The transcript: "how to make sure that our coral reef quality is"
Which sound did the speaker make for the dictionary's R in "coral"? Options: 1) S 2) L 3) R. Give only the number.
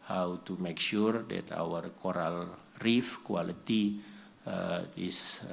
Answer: 3